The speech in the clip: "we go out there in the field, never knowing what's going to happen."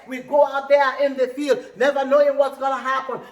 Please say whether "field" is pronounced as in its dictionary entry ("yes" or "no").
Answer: yes